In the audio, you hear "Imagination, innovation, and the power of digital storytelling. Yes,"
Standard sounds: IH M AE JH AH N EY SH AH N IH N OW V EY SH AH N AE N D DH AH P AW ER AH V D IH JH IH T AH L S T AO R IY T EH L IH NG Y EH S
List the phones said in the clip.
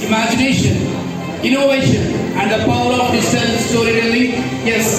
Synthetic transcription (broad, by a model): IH M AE JH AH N EY SH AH N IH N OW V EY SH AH N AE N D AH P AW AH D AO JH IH S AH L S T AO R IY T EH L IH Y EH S